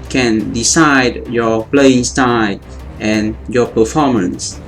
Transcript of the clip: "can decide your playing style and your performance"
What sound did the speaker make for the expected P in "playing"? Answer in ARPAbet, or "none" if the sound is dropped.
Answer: P